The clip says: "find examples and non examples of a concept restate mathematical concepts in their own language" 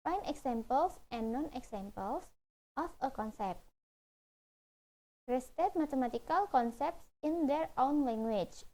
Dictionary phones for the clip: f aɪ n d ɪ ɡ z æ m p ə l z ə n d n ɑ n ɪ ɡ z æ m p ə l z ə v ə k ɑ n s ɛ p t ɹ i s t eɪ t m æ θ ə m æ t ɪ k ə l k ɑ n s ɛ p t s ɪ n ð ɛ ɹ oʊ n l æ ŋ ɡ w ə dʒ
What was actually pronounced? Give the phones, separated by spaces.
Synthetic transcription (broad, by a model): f aɪ n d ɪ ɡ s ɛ m p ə l s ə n n ɑ n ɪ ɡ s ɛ m p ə l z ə f ə k ɑ n s ɛ p t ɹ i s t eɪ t m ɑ t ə m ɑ t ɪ k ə l k ɑ n s ɛ p t s ɪ n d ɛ ɹ oʊ n l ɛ ŋ ɡ w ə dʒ